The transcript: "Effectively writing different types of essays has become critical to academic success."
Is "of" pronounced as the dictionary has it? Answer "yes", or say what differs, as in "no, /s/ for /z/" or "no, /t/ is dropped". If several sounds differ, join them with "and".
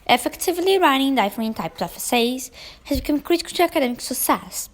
no, /f/ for /v/